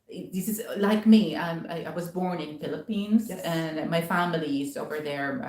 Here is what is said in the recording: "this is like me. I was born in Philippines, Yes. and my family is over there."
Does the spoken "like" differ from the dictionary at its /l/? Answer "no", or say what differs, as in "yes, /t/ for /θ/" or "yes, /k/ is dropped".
no